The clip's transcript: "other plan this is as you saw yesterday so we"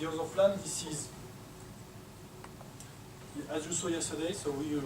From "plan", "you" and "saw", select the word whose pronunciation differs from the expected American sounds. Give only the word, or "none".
plan